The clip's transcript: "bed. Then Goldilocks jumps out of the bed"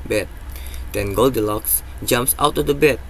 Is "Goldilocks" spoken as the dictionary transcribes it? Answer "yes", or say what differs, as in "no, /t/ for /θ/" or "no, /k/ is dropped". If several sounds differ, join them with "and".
yes